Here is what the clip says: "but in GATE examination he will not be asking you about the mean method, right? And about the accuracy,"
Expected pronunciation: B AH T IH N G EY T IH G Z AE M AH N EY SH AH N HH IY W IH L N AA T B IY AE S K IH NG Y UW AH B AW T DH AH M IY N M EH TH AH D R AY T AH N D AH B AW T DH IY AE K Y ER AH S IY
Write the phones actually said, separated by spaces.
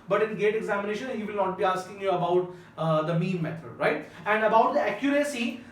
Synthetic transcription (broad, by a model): B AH T IH N G EY T IH G Z AE M AH N EY SH AH N HH IY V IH L N AA T B IY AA S K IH NG Y UW AH B AW T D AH M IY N M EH T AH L R AY T AH N D AH B AW T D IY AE K Y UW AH S IY